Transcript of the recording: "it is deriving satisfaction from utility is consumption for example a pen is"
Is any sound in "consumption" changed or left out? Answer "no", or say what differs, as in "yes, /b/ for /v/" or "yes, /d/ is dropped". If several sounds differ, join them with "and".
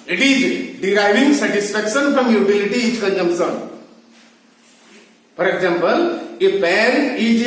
yes, /s/ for /ʃ/